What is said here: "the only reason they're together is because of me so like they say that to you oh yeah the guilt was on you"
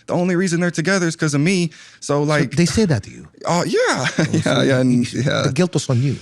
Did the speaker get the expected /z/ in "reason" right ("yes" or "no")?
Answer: yes